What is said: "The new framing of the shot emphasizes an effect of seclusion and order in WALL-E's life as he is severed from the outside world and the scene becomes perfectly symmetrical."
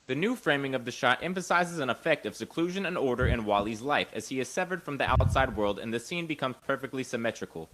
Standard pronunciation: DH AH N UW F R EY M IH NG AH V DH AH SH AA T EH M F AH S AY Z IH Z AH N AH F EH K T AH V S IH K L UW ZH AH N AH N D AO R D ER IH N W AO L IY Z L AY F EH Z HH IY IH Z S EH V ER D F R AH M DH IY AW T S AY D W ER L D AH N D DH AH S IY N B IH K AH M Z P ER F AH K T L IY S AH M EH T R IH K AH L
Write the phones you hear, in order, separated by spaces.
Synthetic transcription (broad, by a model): DH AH N UW F R EY M IH NG AH V DH AH SH AA T EH M F AH S AY Z IH Z AH N AH F EH K T AH V S IH K L UW ZH AH N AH N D AO R D ER IH N W AO L IY Z L AY F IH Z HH IY IH Z S EH V ER D F R AH M DH IY AW T S AY D W ER L D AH N DH AH S IY N B IH K AH M Z P ER F AH K T L IY S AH M EH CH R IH K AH L